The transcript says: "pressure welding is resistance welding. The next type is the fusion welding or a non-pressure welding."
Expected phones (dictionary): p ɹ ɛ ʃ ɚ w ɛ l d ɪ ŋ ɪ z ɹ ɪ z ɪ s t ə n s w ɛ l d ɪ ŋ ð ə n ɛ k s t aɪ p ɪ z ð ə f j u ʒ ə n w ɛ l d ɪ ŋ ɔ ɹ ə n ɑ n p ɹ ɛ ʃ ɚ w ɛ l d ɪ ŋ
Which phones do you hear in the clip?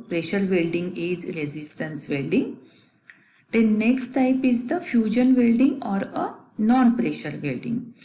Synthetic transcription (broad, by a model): p ɹ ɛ ʃ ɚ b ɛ l d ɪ ŋ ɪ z ɹ ɪ z ɪ s t ə n s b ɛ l d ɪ ŋ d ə n ɛ k s t aɪ p ɪ z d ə f j u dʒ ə n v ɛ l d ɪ ŋ ɔ ɹ ə n ɑ n p ɹ ɛ ʃ ɚ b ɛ l d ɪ ŋ